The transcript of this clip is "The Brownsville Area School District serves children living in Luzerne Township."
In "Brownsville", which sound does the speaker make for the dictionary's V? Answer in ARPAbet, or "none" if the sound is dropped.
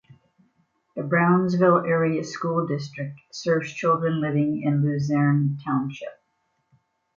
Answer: V